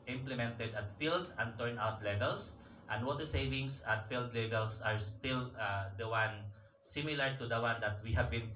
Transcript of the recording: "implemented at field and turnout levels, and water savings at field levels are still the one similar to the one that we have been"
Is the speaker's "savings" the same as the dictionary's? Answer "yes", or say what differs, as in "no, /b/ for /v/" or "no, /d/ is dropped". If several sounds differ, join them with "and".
no, /s/ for /z/